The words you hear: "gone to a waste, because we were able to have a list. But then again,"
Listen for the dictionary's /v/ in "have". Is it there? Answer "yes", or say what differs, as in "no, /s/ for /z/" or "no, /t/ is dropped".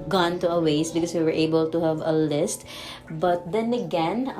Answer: yes